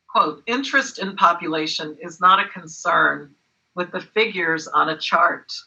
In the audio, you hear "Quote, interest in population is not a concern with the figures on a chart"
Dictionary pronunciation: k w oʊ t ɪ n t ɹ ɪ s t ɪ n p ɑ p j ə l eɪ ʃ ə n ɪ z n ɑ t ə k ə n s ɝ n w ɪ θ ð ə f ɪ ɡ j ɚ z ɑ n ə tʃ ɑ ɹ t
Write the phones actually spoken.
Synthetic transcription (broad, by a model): k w oʊ t ɪ n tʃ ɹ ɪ s t ɪ n p ɑ p j ə l eɪ ʃ ə n ɪ z n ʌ t ə k ə n s ɝ n w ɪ ð ə f ɪ ɡ j ɚ z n ə tʃ ɑ ɹ t